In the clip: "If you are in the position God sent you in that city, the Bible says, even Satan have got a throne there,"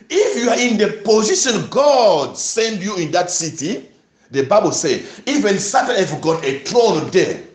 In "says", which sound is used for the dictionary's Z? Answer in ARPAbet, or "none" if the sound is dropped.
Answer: none